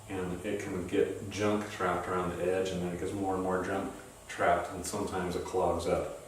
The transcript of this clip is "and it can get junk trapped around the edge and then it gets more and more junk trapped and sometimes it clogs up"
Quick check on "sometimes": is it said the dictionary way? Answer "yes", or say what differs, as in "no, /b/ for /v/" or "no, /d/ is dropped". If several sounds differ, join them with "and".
yes